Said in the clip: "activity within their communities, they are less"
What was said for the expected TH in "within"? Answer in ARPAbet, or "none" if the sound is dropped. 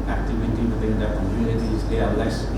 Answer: T